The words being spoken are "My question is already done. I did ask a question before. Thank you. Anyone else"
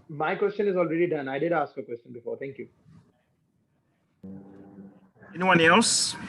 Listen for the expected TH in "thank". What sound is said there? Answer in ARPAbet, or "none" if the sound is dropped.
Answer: T